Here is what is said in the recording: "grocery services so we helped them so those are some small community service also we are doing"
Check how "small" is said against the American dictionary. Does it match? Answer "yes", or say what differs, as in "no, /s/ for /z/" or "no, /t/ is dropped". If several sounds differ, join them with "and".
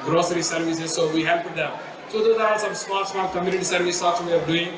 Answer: no, /n/ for /l/